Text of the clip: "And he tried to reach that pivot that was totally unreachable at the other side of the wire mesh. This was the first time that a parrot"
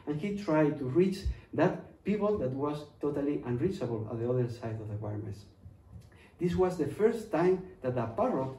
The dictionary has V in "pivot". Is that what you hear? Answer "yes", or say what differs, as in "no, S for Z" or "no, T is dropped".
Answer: no, P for V